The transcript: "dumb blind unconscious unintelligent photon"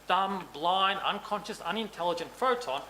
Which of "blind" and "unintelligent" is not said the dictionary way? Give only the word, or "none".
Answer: blind